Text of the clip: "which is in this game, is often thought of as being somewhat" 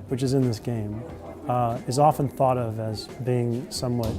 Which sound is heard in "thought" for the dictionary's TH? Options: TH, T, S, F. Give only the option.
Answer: TH